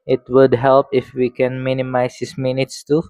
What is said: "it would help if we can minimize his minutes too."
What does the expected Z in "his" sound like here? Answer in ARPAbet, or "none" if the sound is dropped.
S